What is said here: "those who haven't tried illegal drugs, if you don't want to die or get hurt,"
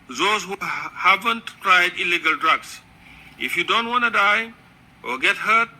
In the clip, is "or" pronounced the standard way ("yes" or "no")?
no